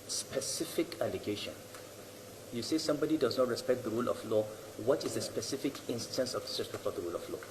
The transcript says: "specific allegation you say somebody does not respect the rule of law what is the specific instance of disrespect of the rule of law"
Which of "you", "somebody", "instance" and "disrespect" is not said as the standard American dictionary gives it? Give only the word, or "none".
disrespect